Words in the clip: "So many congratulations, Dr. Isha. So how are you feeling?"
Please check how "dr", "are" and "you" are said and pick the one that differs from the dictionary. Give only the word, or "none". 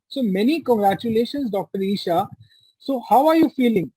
none